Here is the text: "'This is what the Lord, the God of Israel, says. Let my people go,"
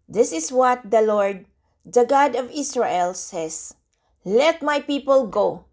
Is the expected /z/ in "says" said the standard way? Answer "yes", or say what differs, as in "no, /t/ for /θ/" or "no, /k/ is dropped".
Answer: no, /s/ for /z/